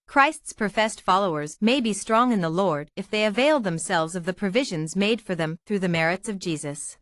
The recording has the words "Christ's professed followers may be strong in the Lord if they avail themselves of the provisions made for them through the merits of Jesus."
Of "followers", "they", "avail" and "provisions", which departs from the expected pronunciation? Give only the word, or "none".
none